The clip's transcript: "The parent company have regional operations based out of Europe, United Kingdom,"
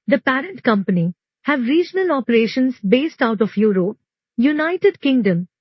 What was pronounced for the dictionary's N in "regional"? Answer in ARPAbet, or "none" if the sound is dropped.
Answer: N